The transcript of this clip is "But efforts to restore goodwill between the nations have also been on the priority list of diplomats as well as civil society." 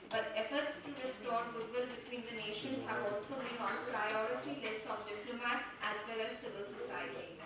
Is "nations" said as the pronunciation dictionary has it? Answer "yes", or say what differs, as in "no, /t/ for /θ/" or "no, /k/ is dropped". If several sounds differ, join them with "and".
yes